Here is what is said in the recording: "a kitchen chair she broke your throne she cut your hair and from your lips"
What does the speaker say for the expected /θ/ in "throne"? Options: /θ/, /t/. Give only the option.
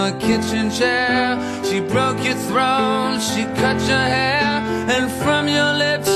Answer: /θ/